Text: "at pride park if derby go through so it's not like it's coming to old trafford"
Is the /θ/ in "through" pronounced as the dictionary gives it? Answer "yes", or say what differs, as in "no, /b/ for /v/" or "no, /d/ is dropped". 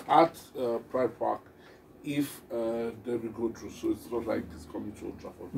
no, /t/ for /θ/